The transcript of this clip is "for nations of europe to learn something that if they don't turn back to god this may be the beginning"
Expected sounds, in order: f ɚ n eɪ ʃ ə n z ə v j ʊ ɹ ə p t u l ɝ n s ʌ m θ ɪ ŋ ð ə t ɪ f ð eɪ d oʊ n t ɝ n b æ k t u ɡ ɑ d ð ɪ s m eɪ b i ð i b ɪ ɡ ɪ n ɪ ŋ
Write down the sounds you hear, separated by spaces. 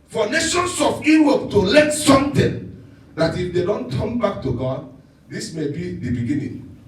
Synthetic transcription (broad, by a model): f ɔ n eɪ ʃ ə n s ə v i w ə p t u l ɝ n s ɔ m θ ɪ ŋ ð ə t ɪ f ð eɪ d oʊ n t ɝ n b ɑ k t u ɡ ɑ d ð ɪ s m eɪ b i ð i b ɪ ɡ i n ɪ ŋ